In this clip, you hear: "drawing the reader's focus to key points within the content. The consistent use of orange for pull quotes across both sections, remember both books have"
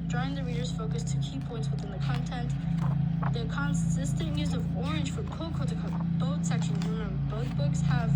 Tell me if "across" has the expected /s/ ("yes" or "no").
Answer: no